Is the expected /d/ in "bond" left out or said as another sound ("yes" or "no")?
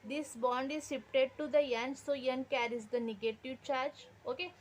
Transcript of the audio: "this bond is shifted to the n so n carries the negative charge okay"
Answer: no